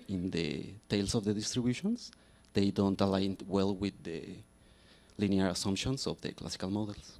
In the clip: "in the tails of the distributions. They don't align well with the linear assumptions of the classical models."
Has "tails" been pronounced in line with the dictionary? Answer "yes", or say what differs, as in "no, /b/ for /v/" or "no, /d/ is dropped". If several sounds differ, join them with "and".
no, /s/ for /z/